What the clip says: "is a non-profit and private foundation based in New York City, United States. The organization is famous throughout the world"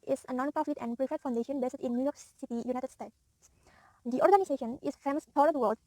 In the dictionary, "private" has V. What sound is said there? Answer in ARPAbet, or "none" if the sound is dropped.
F